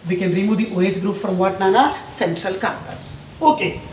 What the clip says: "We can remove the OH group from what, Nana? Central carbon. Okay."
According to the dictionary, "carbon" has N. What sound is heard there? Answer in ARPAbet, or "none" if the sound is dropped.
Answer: none